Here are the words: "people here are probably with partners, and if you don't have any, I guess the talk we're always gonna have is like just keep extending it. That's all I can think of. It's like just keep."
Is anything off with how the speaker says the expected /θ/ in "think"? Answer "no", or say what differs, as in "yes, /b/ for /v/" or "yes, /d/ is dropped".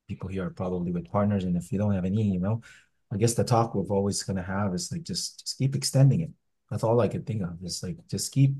no